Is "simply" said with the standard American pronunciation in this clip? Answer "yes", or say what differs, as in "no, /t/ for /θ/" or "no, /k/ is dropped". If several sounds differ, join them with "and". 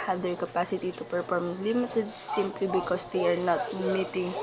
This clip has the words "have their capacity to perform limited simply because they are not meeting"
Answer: yes